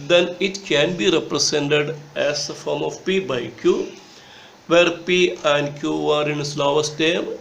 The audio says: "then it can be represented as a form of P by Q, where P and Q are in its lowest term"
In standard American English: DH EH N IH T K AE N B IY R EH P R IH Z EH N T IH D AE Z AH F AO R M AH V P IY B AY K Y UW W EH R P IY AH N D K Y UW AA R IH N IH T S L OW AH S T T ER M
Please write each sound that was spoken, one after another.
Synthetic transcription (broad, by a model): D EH N IH T K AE N B IY R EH P R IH S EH N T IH D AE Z AH F AO R M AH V P IY B AY K Y UW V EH R P IY AH N D K Y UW AA R IH N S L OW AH S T T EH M